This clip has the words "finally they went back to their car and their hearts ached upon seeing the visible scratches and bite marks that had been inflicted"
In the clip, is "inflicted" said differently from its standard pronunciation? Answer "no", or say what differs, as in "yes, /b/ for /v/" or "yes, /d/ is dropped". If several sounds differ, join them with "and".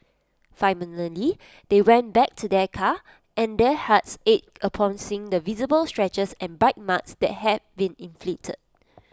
yes, /k/ is dropped